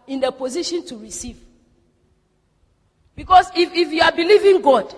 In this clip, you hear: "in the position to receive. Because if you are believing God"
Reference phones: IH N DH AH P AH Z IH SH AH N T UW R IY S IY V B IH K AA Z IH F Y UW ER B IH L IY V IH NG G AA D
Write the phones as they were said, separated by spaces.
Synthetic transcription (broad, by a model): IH N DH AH P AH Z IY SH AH N T UW R IY S IY V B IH K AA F IH F Y UW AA B IH L IY V IH NG G AA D